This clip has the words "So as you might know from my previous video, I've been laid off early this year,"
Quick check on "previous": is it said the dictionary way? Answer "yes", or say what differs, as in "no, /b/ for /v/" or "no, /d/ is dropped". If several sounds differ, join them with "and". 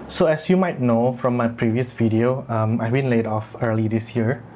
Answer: yes